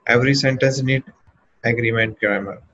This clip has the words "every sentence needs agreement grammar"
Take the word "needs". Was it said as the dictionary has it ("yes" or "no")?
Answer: no